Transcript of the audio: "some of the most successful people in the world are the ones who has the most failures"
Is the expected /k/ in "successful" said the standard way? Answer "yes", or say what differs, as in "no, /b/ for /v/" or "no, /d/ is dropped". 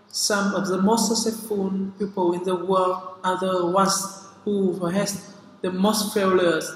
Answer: no, /k/ is dropped